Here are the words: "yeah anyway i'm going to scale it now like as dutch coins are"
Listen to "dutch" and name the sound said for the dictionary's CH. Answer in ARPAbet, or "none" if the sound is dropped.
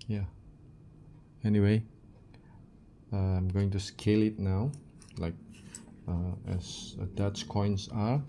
S